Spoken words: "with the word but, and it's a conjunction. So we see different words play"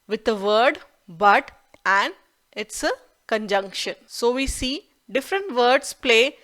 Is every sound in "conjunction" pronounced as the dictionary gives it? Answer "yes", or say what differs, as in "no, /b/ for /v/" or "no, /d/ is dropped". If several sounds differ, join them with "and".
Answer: yes